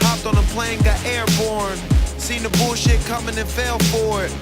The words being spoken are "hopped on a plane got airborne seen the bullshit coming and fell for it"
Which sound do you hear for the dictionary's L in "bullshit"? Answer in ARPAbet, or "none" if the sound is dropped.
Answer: L